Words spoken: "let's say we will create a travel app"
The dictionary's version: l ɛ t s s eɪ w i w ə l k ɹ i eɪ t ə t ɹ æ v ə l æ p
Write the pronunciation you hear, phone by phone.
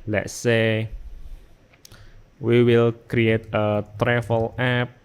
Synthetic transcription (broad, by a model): l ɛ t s s eɪ w i w ə l k ɹ i eɪ t ə t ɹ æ f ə l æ p